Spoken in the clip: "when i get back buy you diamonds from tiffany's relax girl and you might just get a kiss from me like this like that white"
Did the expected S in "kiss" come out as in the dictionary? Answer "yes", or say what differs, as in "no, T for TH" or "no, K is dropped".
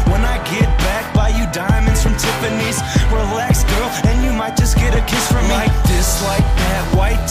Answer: yes